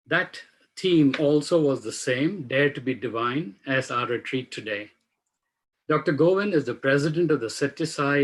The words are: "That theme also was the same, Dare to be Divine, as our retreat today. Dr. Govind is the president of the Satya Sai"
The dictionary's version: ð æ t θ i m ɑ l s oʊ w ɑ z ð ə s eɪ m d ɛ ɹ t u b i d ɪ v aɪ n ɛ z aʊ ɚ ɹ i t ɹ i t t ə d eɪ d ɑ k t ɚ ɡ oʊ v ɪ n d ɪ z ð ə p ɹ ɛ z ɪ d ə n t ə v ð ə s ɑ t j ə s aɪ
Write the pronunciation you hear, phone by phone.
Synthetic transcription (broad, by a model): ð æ t t i m ɑ l s oʊ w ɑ z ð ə s eɪ m d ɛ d t u b i d ɪ v aɪ n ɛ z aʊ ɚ ɹ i t ɹ i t t ə d eɪ d ɑ k t ɚ ɡ oʊ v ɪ n ɪ z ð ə p ɹ ɛ z ɪ d ə n t ə v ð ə s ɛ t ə s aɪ